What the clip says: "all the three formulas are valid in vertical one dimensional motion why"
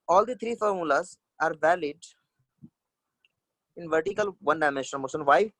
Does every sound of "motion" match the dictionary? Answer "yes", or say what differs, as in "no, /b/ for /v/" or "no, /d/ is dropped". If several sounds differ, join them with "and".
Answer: no, /s/ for /ʃ/